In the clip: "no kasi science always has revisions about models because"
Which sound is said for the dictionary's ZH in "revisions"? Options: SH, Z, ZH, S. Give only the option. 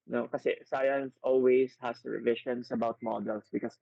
SH